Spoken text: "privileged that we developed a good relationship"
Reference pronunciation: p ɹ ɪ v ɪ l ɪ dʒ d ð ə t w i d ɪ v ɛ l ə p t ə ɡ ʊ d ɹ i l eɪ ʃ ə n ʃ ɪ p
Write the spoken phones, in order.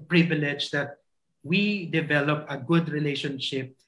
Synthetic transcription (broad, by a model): p ɹ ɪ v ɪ l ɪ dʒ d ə t w i d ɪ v ɛ l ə p ə ɡ ʊ d ɹ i l eɪ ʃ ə n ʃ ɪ p